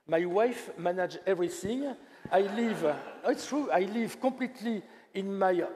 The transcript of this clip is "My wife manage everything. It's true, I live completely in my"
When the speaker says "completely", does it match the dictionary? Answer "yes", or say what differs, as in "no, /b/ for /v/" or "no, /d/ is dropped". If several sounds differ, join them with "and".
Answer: no, /m/ is dropped